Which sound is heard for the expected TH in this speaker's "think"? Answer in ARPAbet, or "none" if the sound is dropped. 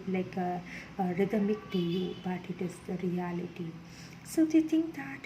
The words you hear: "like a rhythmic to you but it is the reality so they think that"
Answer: T